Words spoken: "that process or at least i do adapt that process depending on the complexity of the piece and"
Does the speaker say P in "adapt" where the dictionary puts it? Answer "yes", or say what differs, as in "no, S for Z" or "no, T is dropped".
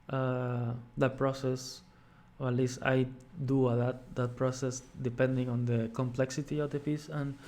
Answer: no, P is dropped